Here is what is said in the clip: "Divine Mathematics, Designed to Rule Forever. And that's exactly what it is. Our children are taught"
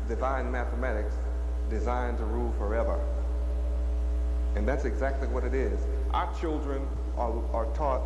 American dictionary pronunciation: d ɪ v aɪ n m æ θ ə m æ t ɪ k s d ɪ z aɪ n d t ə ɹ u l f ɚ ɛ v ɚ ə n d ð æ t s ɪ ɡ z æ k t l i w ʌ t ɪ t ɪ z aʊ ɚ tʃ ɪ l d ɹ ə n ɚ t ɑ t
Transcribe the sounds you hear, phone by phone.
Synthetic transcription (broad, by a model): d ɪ v aɪ n m æ θ ə m æ t ɪ k s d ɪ z aɪ n t ə ɹ u l f ɚ ɛ v ɚ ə n ð æ t s ɪ ɡ z æ k t l i w ʌ t ɪ t ɪ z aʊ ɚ tʃ ɪ l d ɹ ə n ɚ t ɑ t